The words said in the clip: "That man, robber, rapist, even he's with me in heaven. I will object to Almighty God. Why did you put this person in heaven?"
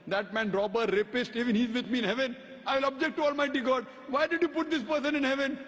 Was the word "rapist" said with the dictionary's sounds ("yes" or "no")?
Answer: yes